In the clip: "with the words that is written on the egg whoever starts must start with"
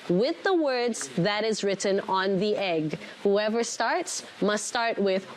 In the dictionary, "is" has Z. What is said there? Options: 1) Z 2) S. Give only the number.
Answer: 1